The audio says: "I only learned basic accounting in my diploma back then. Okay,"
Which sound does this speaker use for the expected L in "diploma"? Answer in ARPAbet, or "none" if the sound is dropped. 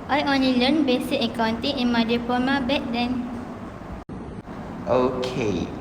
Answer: none